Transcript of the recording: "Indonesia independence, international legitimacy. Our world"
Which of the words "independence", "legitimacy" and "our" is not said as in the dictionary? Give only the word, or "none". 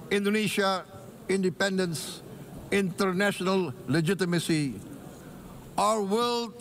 none